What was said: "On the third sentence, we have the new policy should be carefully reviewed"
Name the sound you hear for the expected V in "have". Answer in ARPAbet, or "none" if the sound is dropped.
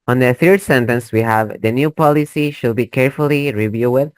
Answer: V